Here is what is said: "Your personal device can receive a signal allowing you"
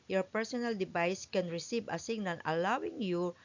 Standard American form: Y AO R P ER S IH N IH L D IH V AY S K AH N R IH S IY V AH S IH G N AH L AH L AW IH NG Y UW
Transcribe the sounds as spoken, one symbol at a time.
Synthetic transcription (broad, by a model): Y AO R P ER S IH N IH L D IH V AY S K AH N R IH S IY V AH S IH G N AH N AH L AW IH NG Y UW